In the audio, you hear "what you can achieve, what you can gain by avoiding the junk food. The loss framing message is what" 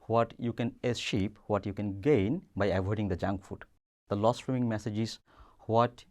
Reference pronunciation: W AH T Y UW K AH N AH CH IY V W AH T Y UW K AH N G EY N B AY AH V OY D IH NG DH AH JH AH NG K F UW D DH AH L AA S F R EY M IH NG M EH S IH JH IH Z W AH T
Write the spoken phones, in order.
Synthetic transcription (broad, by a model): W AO T Y UW K AH N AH SH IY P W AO T Y UW K AH N G EY N B AY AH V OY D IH NG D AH JH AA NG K F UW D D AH L AA S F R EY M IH NG M EH S IH JH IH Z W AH T